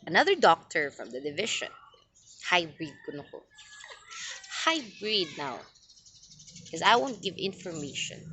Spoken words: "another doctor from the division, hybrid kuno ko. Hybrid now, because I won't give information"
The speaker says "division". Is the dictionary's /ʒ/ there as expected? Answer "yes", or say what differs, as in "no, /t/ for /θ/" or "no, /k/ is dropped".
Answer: no, /ʃ/ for /ʒ/